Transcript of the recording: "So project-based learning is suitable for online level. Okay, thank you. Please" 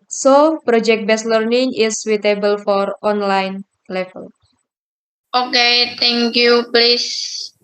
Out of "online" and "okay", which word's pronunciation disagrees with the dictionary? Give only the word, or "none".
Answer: none